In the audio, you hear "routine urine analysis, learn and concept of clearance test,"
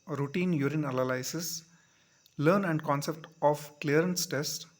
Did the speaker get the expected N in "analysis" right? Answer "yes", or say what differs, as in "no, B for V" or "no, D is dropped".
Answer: no, L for N